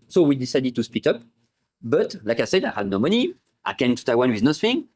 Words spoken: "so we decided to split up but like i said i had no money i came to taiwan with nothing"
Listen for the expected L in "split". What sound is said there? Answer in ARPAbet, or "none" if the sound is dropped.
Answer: none